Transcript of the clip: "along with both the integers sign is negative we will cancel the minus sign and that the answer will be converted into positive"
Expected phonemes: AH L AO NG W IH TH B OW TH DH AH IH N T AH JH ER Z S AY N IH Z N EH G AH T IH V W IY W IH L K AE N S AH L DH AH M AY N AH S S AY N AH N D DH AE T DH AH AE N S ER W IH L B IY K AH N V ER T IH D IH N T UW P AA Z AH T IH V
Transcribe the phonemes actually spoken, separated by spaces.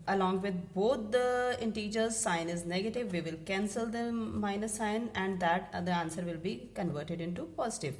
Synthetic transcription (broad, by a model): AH L AO NG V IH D B OW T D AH IH N T AH JH ER Z S AY N IH Z N EH G AH T IH V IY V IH L K AE N S AH L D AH M AY N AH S S AY N AH N D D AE T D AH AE N S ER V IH L B IY K AH N V ER T IH D IH N T UW P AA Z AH T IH V